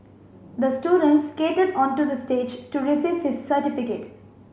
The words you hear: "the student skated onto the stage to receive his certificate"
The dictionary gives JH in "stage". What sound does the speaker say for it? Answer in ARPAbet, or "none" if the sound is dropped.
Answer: JH